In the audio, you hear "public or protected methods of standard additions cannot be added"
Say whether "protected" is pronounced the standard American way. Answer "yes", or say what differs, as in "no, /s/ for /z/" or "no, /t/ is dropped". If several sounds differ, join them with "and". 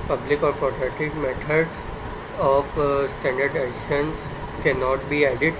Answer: no, /k/ is dropped